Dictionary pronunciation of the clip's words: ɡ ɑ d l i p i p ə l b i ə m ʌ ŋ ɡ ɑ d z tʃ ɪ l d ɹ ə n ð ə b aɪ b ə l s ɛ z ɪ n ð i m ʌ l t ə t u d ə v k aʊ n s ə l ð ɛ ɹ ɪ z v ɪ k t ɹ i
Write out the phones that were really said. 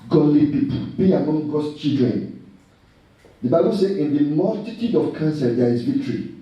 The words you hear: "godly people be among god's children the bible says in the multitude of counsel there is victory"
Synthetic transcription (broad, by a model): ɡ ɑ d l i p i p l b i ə m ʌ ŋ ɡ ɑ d s tʃ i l d ɹ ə n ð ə b aɪ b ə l s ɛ ɪ n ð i m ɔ l t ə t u d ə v k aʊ n s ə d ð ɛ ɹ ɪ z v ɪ k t ɹ i